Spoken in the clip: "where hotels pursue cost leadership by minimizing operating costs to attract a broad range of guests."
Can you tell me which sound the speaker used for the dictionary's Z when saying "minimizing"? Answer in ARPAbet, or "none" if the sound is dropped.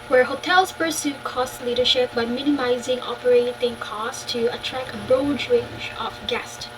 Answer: Z